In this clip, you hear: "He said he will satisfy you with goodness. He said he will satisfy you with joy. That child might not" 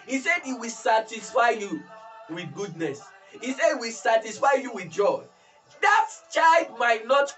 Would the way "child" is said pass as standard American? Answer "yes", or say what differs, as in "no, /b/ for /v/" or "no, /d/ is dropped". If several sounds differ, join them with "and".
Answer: no, /l/ is dropped